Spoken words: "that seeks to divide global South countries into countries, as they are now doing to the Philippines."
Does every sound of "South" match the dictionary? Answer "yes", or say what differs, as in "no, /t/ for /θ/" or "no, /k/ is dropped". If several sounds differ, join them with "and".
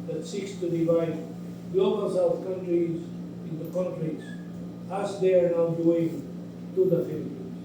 no, /f/ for /θ/